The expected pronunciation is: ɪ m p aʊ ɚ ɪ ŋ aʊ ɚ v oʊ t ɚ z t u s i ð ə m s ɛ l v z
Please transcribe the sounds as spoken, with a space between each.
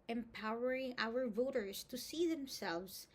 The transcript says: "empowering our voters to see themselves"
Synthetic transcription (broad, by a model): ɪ m p aʊ ɚ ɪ ŋ aʊ ɚ v oʊ t ɚ z t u s i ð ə m s ɛ l v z